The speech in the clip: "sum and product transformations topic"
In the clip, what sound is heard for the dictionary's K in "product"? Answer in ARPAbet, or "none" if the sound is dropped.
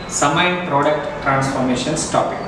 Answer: K